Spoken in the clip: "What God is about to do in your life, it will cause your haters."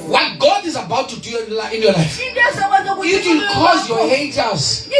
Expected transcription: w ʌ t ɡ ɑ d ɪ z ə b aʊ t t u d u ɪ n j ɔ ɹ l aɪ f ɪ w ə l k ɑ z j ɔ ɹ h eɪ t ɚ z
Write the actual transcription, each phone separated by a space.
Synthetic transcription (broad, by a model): w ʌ t ɡ ɑ d ɪ z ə b aʊ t t u d u ɪ n j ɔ l aɪ f ɪ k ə n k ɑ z j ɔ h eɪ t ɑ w